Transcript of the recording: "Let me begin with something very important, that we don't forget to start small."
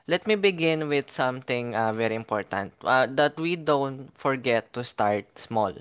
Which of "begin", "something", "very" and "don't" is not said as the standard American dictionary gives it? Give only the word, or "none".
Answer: something